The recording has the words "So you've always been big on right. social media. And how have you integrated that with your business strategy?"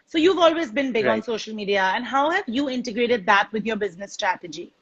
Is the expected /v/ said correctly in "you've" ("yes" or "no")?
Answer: yes